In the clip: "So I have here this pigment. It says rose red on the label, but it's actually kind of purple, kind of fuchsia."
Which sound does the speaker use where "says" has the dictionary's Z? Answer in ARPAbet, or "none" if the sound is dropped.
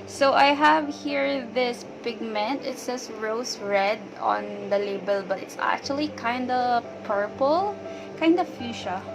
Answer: S